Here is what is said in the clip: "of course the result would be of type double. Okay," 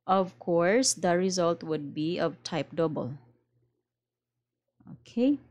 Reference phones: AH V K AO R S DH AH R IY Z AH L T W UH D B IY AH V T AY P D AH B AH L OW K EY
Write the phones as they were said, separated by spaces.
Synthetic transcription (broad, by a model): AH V K AO R S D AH R IY Z AH L T W UH D B IY AH V T AY P D AH B AH L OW K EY